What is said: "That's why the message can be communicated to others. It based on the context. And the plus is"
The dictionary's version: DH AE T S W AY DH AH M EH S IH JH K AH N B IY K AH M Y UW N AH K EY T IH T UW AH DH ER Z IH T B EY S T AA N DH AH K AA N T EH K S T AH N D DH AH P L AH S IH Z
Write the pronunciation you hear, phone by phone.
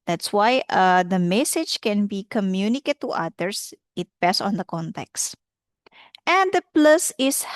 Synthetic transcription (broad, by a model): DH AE T S W AY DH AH M EH S IH JH K AH N B IY K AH M Y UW N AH K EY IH T UW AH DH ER S IH T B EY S AA N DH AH K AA N T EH K S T AH N D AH P L AH S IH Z